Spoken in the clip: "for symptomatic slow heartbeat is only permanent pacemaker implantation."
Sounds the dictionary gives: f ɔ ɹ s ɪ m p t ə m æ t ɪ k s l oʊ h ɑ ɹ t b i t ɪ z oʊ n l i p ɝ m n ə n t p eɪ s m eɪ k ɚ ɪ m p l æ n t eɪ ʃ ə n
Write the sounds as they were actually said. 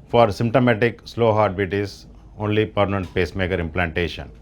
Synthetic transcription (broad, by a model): f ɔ ɹ s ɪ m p t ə m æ t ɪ k s l oʊ h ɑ ɹ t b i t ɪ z oʊ n l i p ɝ m n ə n t p eɪ s m eɪ k ɚ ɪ m p l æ n t eɪ ʃ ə n